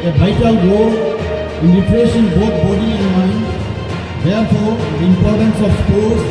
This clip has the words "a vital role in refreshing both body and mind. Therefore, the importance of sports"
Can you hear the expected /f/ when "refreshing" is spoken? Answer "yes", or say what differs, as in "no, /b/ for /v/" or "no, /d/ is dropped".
no, /p/ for /f/